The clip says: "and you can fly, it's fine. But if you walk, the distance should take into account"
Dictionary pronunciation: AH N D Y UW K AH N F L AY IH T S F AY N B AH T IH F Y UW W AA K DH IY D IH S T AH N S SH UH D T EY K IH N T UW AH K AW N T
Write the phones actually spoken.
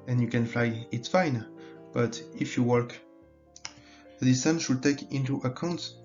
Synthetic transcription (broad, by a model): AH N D Y UW K AH N F L AY IH T S F AY N B AH T IH F Y UW W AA K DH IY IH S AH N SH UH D T EY K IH N T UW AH K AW N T